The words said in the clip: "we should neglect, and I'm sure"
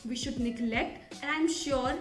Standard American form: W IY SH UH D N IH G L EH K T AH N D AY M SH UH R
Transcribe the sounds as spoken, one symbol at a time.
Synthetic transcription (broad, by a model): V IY SH UH D N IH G L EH K T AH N AY M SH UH R